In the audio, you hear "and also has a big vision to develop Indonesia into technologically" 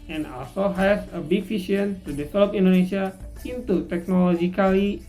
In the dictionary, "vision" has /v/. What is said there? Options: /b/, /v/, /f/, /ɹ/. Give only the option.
/f/